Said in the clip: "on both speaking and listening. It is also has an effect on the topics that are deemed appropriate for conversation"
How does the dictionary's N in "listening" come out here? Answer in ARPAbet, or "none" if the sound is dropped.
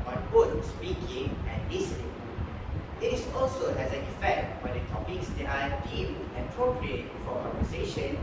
none